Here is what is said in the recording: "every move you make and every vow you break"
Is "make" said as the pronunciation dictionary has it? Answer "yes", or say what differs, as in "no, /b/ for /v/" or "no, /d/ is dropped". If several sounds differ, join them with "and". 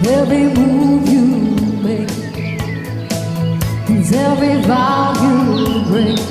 no, /k/ is dropped